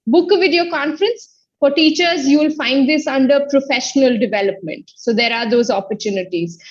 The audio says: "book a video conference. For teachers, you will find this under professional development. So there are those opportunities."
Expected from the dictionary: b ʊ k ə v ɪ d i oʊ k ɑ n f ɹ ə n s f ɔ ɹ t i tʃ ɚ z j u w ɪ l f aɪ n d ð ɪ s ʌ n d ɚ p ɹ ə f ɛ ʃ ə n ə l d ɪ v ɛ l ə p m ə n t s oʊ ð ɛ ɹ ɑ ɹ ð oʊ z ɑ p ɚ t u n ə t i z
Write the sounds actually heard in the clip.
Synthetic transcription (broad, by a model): b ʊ k v ɪ d i oʊ k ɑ n f ɹ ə n s f ɔ ɹ t i tʃ ɚ z j u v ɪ l f aɪ n d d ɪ s ʌ n d ɚ p ɹ ə f ɛ ʃ ə n ə l d ɪ v ɛ l ə p m ə n t s oʊ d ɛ ɹ ɑ ɹ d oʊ z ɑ p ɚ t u n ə t i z